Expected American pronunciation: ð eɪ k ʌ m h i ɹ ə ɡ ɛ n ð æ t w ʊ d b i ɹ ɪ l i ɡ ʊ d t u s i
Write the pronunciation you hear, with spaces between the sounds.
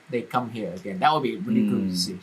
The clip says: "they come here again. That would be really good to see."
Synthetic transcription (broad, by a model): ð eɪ k ʌ m h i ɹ ə ɡ ɛ n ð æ t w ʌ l b i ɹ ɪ n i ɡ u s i